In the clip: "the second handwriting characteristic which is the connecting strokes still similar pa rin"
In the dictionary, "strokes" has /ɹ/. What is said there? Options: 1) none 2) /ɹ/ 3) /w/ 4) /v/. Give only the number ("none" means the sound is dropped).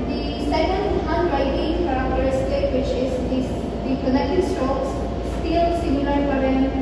1